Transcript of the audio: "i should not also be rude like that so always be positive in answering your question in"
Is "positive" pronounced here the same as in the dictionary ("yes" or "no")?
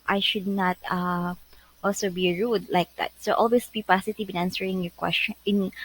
no